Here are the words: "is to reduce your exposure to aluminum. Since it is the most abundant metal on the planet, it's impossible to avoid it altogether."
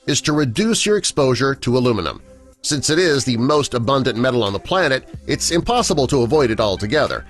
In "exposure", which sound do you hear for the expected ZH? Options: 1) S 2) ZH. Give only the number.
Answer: 2